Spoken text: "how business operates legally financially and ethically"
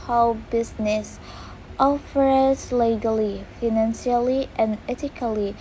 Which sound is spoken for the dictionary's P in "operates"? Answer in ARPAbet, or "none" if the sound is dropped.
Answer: F